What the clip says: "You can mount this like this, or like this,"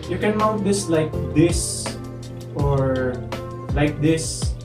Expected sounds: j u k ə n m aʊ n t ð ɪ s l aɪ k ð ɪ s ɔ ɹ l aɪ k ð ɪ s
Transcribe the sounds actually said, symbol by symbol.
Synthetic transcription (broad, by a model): j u k ə n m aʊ t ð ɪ s l aɪ k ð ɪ s ɔ ɹ l aɪ k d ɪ s